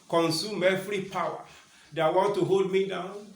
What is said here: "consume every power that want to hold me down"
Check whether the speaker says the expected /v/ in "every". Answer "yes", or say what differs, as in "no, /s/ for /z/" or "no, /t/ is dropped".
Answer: no, /f/ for /v/